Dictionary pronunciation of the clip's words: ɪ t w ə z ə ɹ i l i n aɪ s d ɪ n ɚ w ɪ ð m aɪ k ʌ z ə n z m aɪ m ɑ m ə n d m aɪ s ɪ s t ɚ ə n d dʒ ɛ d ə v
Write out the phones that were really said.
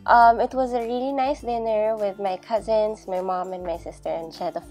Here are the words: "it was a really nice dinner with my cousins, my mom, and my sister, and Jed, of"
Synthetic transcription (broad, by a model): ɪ t w ə z ə ɹ i l i n aɪ s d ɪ n ɚ w ɪ ð m aɪ k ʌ z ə n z m aɪ m ɑ m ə n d m aɪ s ɪ s t ɚ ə n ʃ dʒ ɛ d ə